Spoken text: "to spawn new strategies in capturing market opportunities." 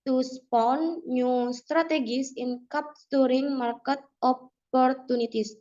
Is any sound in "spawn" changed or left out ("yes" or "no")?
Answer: no